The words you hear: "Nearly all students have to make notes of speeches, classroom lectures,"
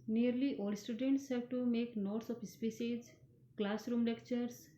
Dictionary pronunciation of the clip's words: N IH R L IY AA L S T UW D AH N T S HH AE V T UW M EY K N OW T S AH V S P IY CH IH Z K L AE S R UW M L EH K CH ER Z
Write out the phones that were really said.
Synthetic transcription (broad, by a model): N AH R L IY AA L S T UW D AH N T S HH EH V T UW M EY K N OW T S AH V S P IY S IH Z K L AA S R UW M L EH K CH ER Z